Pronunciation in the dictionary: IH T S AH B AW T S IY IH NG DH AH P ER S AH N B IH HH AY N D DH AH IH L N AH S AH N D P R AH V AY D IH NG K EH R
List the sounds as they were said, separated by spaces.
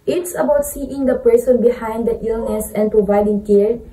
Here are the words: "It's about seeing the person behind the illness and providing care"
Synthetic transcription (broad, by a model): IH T S AH B AW T S IY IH NG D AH P ER S AH N B IH HH AY N D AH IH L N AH S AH N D P R AH V AY D IH NG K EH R